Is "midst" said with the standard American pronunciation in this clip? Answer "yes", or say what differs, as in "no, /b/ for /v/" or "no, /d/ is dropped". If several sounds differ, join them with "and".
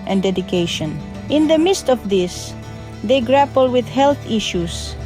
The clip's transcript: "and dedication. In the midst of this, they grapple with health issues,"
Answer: yes